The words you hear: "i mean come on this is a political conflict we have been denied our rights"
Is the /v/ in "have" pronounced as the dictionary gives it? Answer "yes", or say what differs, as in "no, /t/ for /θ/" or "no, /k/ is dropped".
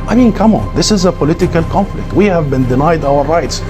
yes